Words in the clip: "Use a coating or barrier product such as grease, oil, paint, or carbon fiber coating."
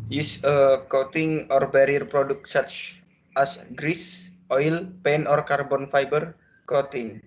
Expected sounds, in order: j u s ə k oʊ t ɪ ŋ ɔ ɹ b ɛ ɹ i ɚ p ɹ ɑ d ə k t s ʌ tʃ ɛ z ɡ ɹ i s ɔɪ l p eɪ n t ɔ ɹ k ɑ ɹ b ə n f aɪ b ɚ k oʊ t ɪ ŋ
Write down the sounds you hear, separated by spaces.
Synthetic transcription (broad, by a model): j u s ə k oʊ t ɪ ŋ ɔ ɹ b ɛ ɹ i ɚ p ɹ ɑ d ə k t s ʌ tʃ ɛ s ɡ ɹ i s ɔɪ l p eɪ n ɔ ɹ k ɑ ɹ b ə n f aɪ b ɚ k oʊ t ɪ ŋ